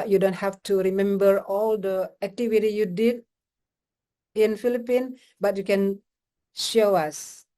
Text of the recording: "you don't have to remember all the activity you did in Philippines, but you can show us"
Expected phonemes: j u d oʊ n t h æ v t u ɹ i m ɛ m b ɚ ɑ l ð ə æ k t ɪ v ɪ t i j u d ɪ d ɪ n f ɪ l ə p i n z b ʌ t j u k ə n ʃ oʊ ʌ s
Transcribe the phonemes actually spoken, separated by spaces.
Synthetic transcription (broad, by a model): j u d oʊ n t h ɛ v t u ɹ i m ɛ m b ɚ ɑ l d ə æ k t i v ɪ t i j u d ɪ d ɪ n f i l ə p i n b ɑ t j u k ə n ʃ oʊ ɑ s